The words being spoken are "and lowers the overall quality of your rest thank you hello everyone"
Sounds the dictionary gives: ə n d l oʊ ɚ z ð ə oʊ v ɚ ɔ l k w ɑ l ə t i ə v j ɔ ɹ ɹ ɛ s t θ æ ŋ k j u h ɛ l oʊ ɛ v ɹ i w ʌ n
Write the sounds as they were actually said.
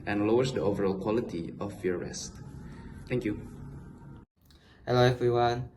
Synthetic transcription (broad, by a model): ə n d l oʊ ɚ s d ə oʊ v ɚ ɔ l k w ɑ l ə t i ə f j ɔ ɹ ɹ ɛ s t t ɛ ŋ k j u h ɛ l oʊ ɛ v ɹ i w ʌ n